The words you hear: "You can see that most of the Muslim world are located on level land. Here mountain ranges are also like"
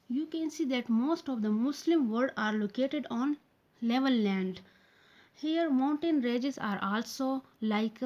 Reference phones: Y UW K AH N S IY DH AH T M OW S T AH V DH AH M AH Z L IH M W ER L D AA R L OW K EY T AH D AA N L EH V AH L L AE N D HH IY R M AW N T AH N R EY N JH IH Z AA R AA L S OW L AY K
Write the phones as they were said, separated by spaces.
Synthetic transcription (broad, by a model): Y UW K AH N S IY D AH T M OW S T AH V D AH M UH S L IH M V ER D AA R L OW K EY T AH D AA N L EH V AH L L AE N D HH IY R M AW N T AH N R EY JH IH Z AA R AA L S OW L AY K